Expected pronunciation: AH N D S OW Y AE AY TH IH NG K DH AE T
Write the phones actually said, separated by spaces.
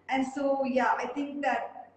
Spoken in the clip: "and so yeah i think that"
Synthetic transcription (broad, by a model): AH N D S OW Y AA AY T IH NG K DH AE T